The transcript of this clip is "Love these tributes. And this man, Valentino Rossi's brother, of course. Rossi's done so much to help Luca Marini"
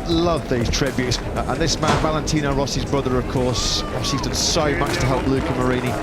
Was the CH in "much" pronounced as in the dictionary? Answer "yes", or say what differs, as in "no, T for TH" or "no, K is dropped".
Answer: no, S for CH